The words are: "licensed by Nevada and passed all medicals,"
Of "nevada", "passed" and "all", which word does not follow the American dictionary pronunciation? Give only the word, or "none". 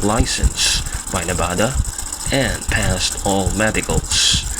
nevada